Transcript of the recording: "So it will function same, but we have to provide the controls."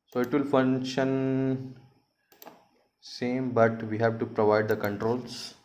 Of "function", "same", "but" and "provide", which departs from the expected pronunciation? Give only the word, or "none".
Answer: none